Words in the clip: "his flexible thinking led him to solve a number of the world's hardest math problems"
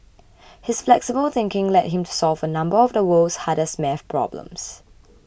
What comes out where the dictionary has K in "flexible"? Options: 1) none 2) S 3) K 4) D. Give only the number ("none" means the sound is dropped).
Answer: 3